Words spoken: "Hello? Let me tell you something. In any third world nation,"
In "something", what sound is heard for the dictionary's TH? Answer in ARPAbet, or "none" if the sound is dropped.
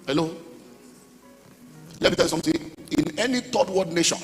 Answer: T